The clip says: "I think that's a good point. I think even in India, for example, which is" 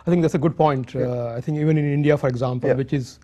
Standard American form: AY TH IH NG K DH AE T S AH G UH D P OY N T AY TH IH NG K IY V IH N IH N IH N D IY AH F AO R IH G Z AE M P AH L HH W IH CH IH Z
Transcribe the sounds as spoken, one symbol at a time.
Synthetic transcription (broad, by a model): AY T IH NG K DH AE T S AH G UH D P OY N T AY T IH NG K IY V IH N IH N IH N D IY AH F AO R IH G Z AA M P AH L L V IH CH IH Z